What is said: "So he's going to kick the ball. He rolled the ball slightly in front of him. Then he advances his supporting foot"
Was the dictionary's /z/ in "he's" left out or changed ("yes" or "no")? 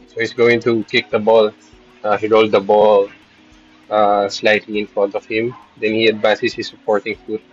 yes